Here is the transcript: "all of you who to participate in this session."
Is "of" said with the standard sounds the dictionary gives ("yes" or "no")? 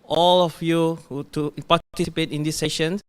no